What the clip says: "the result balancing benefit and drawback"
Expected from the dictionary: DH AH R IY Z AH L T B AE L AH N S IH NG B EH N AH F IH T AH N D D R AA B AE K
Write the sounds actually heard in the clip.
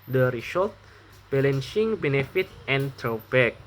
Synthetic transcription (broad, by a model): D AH R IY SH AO T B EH L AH N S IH NG B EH N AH F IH T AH N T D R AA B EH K